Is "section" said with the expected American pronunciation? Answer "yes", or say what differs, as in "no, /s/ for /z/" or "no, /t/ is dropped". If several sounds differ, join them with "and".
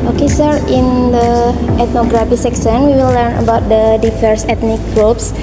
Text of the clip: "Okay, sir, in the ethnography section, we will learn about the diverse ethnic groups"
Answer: no, /s/ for /ʃ/